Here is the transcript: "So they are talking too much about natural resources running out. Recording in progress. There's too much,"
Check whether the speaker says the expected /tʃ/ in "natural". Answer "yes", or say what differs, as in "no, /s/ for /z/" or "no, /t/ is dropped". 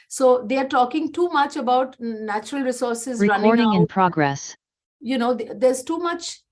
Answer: yes